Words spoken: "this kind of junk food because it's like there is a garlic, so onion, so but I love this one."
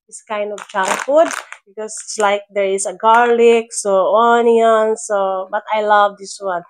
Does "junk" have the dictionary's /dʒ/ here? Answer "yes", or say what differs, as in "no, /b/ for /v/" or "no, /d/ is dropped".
no, /tʃ/ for /dʒ/